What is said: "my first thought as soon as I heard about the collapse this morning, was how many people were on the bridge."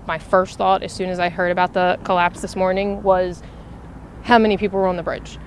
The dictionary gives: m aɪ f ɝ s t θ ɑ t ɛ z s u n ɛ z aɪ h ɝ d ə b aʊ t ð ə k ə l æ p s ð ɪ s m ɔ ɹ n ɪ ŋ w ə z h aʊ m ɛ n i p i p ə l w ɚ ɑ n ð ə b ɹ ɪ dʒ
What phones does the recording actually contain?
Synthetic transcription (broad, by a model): m aɪ f ɝ s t θ ɑ t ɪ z s u n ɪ z aɪ h ɝ d ə b aʊ t ð ə k ə l æ p s ð ɪ s m ɔ ɹ n ɪ ŋ w ə z h aʊ m ɛ n i p i p l w ɚ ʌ n ð ə b ɹ ɪ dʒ